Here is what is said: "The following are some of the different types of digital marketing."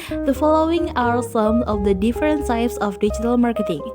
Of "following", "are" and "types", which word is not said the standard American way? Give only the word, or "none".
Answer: types